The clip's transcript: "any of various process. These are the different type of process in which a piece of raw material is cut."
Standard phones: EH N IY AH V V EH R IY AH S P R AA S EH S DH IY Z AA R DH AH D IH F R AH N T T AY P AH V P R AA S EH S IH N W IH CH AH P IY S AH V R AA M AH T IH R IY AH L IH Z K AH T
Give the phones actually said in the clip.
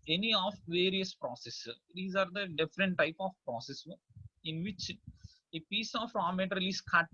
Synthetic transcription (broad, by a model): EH N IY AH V V EH R IY AH S P R AA S EH S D IY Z AA R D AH D IH F R AH N T T AY P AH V P R AA S EH S IH N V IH CH AH P IY S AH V R AA M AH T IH R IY L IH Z K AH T